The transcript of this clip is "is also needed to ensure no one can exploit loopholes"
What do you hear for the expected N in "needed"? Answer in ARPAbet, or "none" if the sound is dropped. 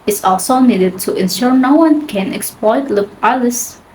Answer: N